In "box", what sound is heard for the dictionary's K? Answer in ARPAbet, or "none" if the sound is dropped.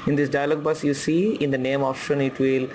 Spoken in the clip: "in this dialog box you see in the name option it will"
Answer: none